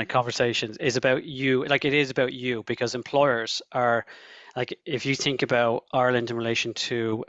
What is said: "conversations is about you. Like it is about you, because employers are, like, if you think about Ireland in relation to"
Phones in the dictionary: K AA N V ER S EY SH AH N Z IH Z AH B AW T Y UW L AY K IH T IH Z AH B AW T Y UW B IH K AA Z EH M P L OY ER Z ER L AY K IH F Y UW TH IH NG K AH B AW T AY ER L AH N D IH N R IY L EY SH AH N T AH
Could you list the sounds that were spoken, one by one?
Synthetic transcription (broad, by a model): K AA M V ER S EY SH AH N Z IH Z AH B AW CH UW L AY K IH T IH Z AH B AW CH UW B IH K AA Z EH M P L OY ER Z ER L AY K IH F Y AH TH IH NG K AH B AW T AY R L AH N D IH N R IY L EY SH AH N T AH